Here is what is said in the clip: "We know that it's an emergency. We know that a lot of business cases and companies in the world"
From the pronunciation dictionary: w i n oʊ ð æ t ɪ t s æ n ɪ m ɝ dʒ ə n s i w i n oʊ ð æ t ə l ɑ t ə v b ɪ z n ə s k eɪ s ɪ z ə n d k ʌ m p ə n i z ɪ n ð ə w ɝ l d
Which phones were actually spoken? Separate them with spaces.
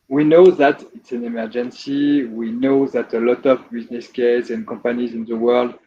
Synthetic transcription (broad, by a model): w i n oʊ ð æ t ɪ t s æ n ɪ m ɝ dʒ ə n s i w i n oʊ ð æ t ə l ɑ t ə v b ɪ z n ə s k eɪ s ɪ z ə n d k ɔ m p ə n i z ɪ n ð ə w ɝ l d